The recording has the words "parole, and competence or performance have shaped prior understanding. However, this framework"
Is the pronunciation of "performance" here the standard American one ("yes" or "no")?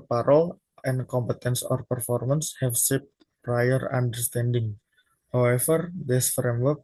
yes